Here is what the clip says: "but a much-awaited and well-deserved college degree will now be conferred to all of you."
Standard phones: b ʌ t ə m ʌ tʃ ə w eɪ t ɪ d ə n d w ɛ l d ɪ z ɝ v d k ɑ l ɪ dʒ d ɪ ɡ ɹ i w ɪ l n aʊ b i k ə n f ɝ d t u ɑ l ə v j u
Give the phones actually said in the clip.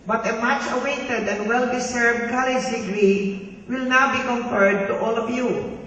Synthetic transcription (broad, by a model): b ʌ t ə m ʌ tʃ ə w eɪ t ɪ d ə n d w ɛ l d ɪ s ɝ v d k ɑ l ɪ dʒ d ɪ ɡ ɹ i w ɪ l n aʊ b i k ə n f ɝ d t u ɑ l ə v j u